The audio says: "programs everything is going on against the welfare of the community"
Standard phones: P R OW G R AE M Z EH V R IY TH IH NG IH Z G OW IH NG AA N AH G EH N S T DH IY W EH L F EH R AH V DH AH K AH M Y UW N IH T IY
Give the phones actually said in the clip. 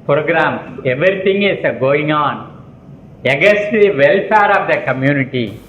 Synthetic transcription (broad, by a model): P R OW G R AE M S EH V R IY T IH NG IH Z G OW IH NG AA N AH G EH S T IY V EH L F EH R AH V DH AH K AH M Y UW N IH T IY